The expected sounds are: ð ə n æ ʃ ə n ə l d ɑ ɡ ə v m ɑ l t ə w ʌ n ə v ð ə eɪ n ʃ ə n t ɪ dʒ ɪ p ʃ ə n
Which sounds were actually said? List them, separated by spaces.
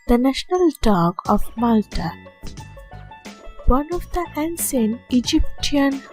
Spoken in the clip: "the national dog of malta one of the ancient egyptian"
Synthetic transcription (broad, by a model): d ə n æ ʃ ə n ə l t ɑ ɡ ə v m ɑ l t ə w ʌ n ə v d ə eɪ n s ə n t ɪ dʒ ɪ p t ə n